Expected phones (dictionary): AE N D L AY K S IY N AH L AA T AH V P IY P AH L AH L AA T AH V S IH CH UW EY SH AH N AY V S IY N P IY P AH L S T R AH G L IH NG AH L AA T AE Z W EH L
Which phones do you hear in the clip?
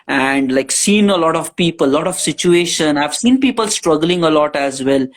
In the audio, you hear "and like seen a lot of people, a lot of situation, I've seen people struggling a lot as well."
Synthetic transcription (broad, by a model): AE N D L AY K S IY N AH L AA T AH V P IY P AH L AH L AA T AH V S IH CH UW EY SH AH N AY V S IY N P IY P AH L S T R AH G L IH NG AH L AA T AE Z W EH L